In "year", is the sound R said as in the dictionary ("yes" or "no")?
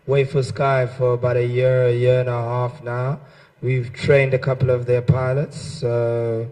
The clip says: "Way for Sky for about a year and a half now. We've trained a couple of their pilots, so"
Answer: yes